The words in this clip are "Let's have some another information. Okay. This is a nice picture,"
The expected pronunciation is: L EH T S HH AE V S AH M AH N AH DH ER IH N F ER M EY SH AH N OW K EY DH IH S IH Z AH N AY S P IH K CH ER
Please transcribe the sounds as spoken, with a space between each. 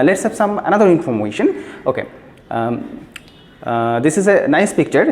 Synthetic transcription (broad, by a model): L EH T S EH P S AH M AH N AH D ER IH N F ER M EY SH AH N OW K EY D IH S IH Z AH N AY S P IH K CH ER